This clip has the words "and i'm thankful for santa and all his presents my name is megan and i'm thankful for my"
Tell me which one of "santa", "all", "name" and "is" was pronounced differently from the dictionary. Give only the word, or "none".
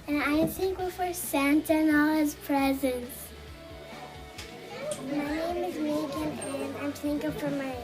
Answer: none